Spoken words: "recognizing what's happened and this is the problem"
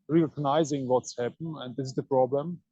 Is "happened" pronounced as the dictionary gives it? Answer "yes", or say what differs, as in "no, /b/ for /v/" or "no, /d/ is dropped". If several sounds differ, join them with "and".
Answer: no, /d/ is dropped